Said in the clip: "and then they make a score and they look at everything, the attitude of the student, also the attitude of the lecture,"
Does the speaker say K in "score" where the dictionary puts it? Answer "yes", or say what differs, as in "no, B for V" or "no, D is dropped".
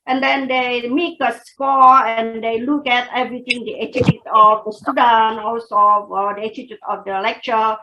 yes